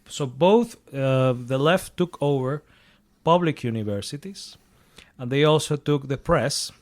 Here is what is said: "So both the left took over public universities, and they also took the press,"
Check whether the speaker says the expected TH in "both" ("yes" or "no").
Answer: yes